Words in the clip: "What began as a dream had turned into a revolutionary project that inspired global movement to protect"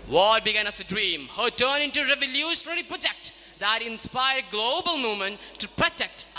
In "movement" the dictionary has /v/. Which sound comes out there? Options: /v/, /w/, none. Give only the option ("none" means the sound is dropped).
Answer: none